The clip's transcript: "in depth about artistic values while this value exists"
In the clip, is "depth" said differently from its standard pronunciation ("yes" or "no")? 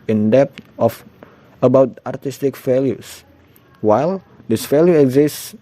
yes